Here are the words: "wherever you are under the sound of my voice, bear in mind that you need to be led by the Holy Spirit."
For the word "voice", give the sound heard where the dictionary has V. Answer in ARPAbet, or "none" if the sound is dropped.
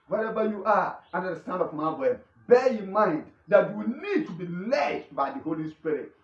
W